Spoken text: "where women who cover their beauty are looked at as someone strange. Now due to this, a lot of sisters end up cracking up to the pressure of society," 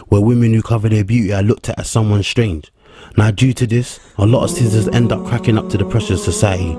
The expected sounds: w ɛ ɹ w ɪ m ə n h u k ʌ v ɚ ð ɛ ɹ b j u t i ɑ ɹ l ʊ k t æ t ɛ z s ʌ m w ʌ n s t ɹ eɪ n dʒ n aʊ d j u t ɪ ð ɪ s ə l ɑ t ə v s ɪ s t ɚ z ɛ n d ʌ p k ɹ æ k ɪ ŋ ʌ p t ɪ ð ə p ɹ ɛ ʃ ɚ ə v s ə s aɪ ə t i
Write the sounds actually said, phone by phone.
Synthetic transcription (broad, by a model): w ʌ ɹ w ɪ m ə n h u k ʌ v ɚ ð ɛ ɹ b j u t i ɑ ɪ l ʊ k t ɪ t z s ʌ m w ʌ n s t ɹ eɪ n dʒ n aʊ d j u t ɪ ð ɪ s ə l ɑ t ə v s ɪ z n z ɛ n d ʌ p k ɹ æ k ɪ ŋ ʌ p t ɪ ð ə p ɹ ɛ ʃ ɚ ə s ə s aɪ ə t i